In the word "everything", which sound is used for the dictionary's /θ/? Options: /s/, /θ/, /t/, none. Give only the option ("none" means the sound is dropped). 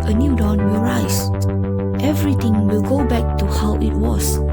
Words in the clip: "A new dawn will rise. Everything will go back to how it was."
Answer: /t/